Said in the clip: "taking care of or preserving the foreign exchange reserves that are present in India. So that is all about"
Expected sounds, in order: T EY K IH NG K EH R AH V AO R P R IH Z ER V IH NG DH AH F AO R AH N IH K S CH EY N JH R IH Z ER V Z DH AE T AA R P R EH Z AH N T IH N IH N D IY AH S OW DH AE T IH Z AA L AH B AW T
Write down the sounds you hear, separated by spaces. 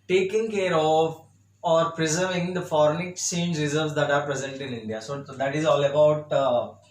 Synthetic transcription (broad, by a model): T EY K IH NG K EH R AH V AO R P R IH Z ER V IH NG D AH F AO R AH N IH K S EY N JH R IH Z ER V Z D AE T AA R P R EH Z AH N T IH N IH N D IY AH S OW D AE T IH Z AA L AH B AW T